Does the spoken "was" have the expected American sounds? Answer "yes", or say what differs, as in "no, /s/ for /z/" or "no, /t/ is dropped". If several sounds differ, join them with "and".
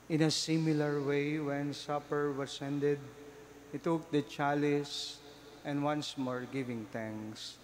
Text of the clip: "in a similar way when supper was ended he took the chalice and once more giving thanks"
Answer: no, /s/ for /z/